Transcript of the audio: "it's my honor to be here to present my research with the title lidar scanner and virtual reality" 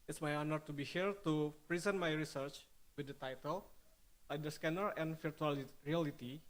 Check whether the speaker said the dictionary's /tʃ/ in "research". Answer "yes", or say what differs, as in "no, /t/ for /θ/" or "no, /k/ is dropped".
yes